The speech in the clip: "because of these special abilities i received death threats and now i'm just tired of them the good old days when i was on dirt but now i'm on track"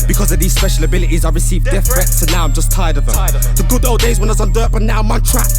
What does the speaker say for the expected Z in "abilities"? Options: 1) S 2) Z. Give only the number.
2